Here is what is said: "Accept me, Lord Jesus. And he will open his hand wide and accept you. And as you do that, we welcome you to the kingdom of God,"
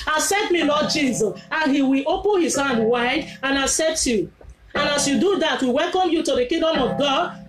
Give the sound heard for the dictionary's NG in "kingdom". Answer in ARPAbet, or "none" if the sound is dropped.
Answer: none